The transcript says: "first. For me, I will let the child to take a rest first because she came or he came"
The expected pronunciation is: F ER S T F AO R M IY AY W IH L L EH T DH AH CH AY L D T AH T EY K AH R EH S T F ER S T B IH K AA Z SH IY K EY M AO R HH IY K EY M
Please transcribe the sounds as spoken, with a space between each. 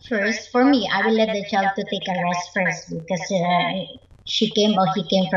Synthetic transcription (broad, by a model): F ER S T F AO R M IY AY W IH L L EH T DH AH CH AY L D T AH T EY K AH R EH S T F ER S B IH K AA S SH IY K EY M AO L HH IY K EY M